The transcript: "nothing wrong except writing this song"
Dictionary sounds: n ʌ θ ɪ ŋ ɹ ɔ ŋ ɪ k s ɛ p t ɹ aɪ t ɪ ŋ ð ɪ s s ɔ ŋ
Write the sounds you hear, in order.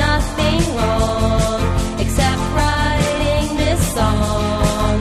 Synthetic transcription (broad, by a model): ʌ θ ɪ ŋ l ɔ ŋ ɪ k s ɛ p t ɹ aɪ t ɪ ŋ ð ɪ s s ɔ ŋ